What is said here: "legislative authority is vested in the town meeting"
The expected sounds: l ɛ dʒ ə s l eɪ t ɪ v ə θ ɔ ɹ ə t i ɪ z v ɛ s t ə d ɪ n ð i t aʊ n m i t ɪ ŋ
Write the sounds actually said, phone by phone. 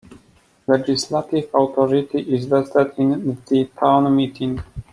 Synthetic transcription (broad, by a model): l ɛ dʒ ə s l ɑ t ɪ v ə t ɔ ɹ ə t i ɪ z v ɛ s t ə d ɪ n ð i t aʊ n m i t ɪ ŋ